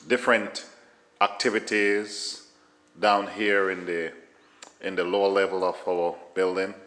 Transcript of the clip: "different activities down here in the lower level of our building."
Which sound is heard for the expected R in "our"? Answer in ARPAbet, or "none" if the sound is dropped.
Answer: L